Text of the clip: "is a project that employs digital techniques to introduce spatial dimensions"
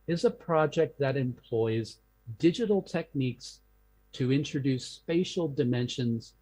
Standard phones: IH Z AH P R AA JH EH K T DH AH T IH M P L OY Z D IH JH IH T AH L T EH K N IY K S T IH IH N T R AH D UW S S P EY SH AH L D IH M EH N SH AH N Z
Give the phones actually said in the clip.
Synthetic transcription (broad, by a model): IH Z AH P R AA JH EH K T DH AH T IH M P L OY Z D IH JH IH T L T EH K N IY K S T IH IH N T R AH D UW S S P EY SH L D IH M EH N SH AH N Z